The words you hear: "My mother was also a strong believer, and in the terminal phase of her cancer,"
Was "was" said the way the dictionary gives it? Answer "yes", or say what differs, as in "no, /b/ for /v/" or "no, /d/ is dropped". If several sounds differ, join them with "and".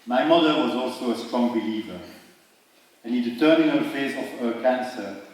yes